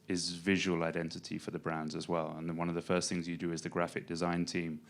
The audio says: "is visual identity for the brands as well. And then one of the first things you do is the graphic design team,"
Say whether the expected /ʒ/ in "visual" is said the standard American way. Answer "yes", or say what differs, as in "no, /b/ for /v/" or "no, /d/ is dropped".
yes